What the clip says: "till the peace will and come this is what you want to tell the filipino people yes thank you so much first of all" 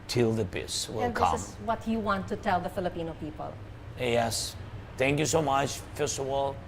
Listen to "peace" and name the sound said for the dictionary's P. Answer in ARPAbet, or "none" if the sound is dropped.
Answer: B